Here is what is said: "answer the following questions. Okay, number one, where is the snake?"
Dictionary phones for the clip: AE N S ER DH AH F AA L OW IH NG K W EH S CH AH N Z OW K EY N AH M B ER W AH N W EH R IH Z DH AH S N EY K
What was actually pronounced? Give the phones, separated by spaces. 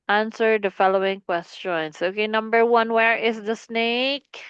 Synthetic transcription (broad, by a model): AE N S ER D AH F AA L OW IH NG K W EH S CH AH N S OW K EY N AH M B ER W AH N W EH R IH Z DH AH S N EY K